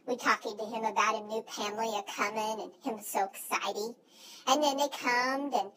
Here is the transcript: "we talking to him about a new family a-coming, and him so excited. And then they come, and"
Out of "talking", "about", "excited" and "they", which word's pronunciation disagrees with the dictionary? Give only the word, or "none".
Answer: excited